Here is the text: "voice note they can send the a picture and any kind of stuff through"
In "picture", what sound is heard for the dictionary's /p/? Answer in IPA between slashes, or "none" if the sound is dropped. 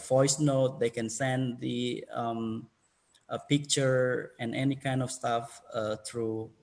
/p/